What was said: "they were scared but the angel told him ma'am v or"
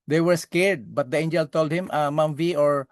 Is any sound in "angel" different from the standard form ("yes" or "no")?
no